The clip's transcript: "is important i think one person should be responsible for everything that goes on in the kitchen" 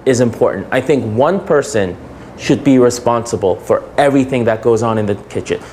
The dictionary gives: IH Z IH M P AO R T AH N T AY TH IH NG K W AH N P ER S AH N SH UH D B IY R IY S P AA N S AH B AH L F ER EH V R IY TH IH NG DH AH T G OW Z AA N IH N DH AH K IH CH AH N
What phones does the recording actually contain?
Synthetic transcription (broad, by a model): IH Z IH M P AO R T N T AY TH IH NG K W AH N P ER S AH N SH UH D B IY R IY S P AA N S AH B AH L F ER EH V R IY TH IH NG DH AH T G OW Z N IH N DH AH K IH CH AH N